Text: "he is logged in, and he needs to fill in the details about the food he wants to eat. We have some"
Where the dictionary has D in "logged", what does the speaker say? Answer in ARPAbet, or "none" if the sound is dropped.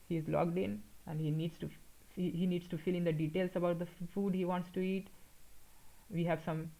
D